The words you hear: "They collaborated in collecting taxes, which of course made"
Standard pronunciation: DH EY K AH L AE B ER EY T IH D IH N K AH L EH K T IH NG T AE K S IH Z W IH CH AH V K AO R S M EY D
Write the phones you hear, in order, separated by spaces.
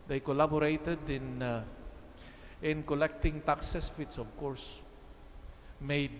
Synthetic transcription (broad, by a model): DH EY K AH L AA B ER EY T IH D IH N K AH L EH K T IH NG T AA K S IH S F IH S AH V K AO R S M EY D